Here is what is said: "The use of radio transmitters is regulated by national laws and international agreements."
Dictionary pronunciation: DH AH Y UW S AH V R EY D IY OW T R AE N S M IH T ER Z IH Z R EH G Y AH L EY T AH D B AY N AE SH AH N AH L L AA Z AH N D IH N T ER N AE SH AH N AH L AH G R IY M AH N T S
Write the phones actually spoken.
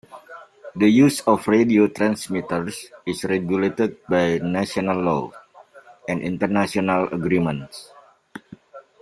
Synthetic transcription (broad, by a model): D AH Y UW S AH F R EY D IY OW T R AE N S M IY T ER S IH S R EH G Y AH L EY T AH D B AY N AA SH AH N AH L L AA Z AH N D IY N T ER N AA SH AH N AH L AH G R IY M AH N T S